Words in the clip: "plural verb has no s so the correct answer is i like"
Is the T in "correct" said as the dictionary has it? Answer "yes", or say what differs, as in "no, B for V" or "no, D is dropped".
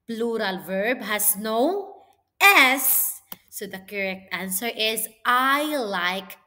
yes